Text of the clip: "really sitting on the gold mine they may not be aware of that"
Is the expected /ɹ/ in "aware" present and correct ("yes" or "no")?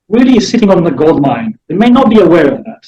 yes